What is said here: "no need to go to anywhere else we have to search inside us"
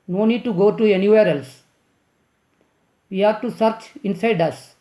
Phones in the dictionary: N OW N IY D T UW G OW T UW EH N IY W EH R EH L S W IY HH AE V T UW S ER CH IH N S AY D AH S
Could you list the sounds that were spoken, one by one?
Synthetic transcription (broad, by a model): N OW N IY D T UW G OW T UW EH N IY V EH R EH L S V IY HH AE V T UW S ER CH IH N S AY D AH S